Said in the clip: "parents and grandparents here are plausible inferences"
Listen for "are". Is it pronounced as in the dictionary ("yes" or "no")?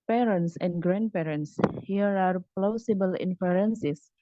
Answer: yes